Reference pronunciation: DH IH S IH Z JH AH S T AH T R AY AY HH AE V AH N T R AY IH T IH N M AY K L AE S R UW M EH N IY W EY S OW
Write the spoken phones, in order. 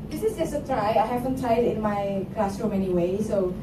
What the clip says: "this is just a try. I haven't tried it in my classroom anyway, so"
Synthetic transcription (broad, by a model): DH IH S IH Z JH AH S AH T R AY AY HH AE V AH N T AY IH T IH N M AY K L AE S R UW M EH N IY W EY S OW